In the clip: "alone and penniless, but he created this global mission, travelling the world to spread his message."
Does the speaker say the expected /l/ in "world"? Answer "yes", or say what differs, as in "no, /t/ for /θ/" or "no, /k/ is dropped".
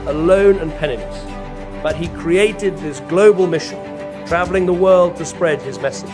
yes